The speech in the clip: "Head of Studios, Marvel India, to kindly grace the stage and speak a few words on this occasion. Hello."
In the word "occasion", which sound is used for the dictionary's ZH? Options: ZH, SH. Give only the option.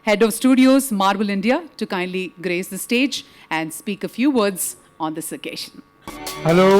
SH